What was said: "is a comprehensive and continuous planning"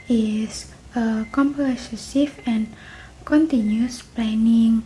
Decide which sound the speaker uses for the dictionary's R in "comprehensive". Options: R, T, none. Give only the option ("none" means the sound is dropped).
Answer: none